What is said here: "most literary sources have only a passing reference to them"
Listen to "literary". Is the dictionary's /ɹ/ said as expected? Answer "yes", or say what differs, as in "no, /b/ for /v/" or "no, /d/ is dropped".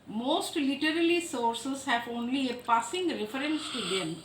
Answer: no, /l/ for /ɹ/